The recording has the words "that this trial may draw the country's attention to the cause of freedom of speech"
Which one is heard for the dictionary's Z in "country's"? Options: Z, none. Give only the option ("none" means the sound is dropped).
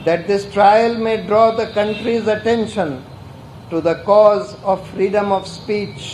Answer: Z